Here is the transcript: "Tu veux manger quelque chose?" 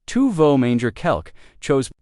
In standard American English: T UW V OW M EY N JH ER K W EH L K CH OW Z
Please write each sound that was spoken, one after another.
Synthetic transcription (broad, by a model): T UW V OW M EY N JH ER K EH L K CH OW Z